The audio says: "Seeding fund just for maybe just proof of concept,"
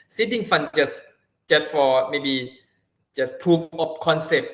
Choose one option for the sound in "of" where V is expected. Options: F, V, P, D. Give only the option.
P